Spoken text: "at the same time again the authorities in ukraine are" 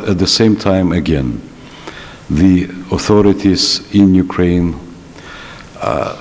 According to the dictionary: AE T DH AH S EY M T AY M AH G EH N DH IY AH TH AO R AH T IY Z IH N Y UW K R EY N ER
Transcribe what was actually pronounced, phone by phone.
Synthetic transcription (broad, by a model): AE T DH AH S EY M T AY M AH G EH N DH IY AH TH AO R AH T IY Z IH N Y UW K R EY N